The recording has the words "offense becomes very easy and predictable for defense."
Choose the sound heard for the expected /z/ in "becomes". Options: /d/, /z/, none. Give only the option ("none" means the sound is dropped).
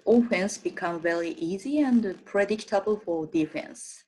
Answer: none